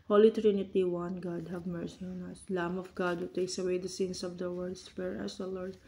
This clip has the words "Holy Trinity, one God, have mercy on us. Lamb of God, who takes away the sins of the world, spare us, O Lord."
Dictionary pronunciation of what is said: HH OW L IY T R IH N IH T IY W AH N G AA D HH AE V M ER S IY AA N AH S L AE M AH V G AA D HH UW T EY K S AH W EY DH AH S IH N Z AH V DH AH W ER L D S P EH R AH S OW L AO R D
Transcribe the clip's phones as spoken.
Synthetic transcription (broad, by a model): HH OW L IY T R IH N IH T IY W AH N G AA D HH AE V M ER S IY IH N AH S L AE M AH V G AA D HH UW T EY K S AH W EY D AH S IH N S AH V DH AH W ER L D S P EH R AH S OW L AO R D